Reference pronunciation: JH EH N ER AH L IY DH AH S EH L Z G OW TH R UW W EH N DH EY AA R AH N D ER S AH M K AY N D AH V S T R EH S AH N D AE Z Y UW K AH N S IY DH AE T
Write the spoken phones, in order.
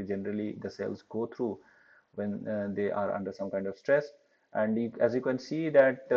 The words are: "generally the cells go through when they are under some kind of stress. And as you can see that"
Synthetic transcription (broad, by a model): JH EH N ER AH L IY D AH S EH L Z G OW T R UW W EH N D EY AA R AH N D ER S AH M K AY N D AH V S T R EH S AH N D AE Z Y UW K AH N S IY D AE T